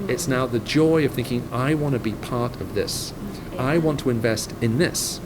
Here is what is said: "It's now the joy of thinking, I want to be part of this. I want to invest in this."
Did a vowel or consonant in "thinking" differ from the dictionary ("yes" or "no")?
no